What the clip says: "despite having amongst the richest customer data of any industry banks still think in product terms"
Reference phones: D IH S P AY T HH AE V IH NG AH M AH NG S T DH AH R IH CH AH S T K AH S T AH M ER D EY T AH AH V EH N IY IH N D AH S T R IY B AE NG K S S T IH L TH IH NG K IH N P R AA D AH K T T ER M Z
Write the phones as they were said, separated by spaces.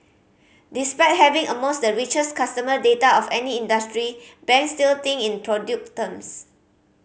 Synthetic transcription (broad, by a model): D IH S P AY T HH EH V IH NG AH M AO S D AH R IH CH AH S K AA S T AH M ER D EY T AH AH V EH N IY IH N D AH S T R IY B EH NG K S S T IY L T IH NG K IH N P R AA D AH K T T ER M S